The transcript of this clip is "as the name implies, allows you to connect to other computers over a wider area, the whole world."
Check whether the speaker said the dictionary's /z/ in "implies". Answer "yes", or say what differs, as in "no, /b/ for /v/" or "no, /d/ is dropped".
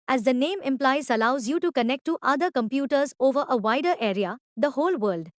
no, /s/ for /z/